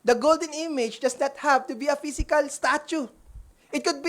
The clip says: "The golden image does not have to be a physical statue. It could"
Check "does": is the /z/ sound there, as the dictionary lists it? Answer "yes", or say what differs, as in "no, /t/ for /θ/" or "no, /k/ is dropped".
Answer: no, /s/ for /z/